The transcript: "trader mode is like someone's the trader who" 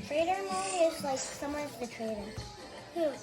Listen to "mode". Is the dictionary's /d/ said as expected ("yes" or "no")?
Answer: no